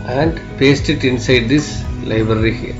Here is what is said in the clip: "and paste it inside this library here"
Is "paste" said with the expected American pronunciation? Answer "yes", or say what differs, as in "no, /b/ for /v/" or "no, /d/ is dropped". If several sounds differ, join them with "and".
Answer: yes